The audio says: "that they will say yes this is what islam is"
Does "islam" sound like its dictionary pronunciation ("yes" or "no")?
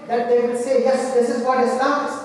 no